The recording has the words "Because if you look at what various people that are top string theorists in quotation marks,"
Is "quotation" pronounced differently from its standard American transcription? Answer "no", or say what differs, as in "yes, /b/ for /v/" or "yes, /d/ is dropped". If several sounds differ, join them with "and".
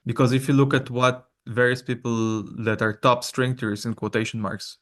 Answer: no